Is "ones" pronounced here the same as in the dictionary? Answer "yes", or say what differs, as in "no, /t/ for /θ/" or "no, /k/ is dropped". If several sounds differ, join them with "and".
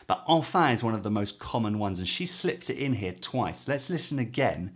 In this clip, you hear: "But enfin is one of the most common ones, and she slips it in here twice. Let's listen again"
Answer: yes